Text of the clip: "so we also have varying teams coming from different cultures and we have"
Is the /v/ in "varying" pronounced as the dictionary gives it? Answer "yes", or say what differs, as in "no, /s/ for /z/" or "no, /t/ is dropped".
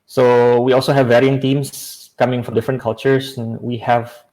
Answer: yes